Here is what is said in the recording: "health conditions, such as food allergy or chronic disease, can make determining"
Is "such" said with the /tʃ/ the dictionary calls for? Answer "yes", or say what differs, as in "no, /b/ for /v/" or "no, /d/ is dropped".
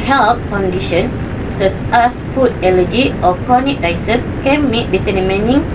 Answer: no, /s/ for /tʃ/